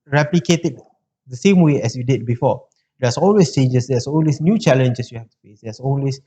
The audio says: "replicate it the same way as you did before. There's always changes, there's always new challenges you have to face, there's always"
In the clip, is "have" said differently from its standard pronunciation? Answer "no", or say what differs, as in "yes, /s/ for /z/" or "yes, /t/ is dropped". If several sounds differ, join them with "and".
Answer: yes, /f/ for /v/